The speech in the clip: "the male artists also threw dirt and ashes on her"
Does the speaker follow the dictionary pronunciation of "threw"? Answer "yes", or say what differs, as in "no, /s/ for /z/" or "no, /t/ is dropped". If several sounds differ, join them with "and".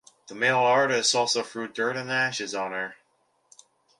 no, /f/ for /θ/